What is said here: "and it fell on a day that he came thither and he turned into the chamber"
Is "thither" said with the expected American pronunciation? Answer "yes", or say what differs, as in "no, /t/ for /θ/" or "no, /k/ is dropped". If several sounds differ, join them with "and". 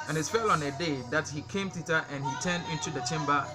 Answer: no, /t/ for /θ/